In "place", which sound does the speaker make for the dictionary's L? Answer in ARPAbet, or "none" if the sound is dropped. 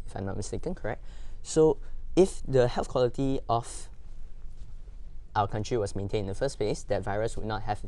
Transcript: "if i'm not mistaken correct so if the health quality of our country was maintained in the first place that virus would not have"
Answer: L